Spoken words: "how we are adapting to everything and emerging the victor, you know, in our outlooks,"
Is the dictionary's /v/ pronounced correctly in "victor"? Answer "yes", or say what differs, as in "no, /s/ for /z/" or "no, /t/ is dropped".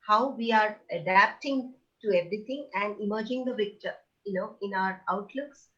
no, /p/ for /v/